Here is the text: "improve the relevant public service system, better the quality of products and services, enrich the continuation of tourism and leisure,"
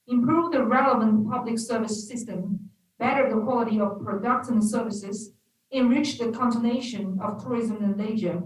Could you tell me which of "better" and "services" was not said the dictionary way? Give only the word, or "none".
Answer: none